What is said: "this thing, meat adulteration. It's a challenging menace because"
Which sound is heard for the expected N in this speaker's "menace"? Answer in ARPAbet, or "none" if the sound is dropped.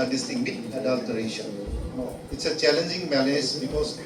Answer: L